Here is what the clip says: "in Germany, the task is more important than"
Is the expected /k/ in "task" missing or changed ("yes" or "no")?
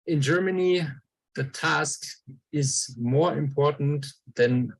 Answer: no